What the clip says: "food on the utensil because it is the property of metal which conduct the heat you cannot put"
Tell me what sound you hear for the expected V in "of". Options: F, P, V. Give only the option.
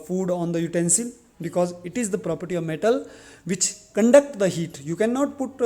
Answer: V